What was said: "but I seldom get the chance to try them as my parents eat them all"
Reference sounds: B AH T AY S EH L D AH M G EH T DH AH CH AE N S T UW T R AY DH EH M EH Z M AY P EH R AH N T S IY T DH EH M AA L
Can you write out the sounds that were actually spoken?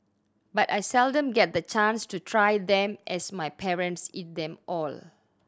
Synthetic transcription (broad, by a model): B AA T AY S EH L D AH M G EH T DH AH CH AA N S T UW T R AY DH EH M EH S M AY P EH R AH N T S IY T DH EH M AA L